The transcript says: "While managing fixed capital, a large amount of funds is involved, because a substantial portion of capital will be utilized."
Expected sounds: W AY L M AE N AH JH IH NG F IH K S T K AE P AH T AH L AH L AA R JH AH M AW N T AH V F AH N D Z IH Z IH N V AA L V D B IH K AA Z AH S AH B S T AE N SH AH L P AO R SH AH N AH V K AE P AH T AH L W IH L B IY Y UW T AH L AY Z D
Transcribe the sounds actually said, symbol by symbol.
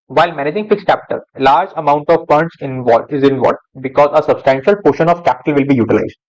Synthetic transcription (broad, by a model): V AY L M AE N AH JH IH NG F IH K S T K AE P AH T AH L L AA R JH AH M AW N T AH V P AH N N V IH Z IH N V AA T B IH K AA Z AH S AH B S T AE N SH AH L P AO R SH AH N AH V K AE P AH T AH L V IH L B IY Y UW T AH L AY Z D